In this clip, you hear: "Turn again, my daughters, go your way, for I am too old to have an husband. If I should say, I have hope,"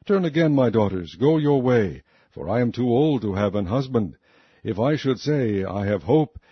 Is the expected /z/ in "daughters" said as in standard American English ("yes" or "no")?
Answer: yes